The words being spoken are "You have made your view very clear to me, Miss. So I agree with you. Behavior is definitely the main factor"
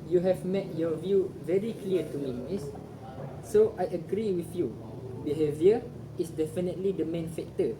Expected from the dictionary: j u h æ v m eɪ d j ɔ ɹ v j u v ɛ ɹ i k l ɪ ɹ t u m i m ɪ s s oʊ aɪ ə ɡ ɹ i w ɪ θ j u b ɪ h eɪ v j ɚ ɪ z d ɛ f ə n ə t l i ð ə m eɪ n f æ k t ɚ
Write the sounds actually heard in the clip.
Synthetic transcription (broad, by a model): j u h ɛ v m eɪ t j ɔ v j u v ɛ ɹ i k l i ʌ t u m i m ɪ s s oʊ aɪ ə ɡ ɹ i w ɪ θ j u b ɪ h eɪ v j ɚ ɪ s d ɛ f ə n ə t l i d ə m eɪ n f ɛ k t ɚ